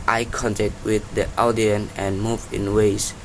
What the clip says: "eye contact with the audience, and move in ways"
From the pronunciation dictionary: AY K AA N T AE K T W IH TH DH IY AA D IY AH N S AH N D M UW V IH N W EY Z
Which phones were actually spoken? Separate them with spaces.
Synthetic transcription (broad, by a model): AY K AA N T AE K T W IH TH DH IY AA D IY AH N AH N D M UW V IH N W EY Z